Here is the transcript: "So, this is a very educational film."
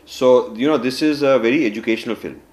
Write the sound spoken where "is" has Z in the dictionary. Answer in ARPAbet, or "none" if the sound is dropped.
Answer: Z